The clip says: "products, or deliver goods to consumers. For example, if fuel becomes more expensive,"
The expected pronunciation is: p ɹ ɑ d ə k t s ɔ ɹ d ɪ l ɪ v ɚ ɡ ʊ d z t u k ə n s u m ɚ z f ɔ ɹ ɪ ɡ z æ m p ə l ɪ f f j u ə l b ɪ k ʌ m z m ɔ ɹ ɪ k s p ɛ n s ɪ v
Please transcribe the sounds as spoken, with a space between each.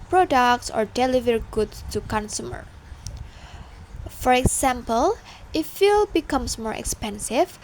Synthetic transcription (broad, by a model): p ɹ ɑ d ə k t s ɔ ɹ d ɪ l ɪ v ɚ ɡ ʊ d s t u k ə n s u m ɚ f ɔ ɹ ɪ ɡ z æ m p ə l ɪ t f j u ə l b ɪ k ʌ m s m ɔ ɹ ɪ k s p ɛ n s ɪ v